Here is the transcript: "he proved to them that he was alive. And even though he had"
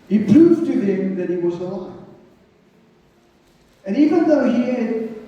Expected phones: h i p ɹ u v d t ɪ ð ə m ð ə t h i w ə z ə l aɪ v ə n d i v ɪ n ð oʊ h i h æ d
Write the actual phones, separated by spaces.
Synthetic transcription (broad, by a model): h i p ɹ u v t ɪ ð ə m ð ə t h i w ə z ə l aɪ ə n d i v ɪ n ð oʊ h i